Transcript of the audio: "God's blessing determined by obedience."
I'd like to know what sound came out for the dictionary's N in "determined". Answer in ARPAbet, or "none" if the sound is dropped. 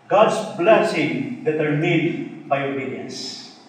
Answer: none